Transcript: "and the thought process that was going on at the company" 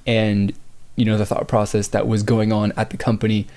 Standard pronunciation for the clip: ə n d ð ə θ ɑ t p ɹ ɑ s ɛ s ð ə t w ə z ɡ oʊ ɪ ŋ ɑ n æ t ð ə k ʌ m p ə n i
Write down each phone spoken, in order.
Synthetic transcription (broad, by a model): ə n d ð ə θ ɑ t p ɹ ɑ s ɛ s ð ə t w ə z ɡ oʊ ɪ ŋ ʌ n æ t ð ə k ʌ m p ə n i